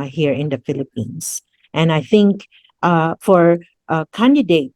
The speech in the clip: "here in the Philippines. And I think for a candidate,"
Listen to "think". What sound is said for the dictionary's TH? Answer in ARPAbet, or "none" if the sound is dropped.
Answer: TH